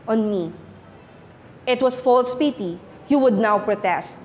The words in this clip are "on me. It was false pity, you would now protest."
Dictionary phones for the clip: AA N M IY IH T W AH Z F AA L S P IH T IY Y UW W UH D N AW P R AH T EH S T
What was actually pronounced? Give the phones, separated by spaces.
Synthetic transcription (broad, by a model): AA N M IY IH T W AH S F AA L S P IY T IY Y UW W UH D N AW P R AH T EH S T